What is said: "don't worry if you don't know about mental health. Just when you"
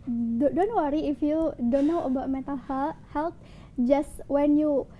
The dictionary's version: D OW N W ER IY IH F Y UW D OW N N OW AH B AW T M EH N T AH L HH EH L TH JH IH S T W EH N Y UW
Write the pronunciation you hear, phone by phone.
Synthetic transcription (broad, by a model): D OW N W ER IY IH F Y UW D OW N N OW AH B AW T M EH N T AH L HH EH L T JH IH S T W EH N Y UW